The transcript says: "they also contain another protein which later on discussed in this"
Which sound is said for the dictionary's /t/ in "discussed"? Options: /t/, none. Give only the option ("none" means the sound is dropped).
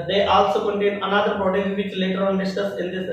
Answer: none